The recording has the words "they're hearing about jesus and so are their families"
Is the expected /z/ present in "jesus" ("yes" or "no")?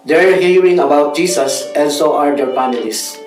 no